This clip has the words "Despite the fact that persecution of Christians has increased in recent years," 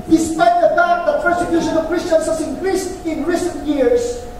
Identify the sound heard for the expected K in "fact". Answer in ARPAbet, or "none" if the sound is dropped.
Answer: none